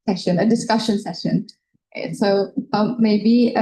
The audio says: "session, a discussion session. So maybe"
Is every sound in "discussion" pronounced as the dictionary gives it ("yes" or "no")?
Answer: yes